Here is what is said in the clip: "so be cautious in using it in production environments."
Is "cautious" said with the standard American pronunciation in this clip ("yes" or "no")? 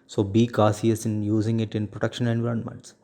no